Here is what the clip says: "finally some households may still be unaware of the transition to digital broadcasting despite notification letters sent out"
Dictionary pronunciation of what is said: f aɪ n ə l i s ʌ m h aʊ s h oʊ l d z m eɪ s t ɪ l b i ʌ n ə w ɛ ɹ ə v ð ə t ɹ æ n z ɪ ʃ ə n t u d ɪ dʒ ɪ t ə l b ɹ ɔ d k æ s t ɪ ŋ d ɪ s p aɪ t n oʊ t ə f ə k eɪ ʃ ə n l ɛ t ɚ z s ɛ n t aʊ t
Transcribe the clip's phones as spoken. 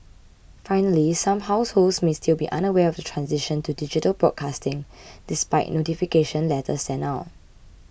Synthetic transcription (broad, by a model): f aɪ n ə l i s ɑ m h aʊ s h oʊ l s m eɪ s t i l b i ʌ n ə w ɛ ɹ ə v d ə t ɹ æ n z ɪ ʃ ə n t u d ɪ dʒ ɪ t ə l b ɹ ɔ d k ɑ s t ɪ ŋ d ɪ s p aɪ t n oʊ t ə f ə k eɪ ʃ ə n l ɛ t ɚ s ɛ n aʊ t